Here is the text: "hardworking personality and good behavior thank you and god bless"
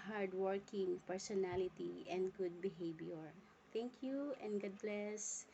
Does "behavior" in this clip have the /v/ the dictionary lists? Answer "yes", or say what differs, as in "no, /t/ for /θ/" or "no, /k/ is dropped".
no, /b/ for /v/